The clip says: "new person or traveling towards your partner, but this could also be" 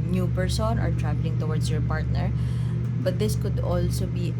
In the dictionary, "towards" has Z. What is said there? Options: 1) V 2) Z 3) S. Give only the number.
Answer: 3